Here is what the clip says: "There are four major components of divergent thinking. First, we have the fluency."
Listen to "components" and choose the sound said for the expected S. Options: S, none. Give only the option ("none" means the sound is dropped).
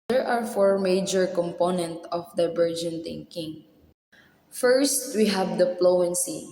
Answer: none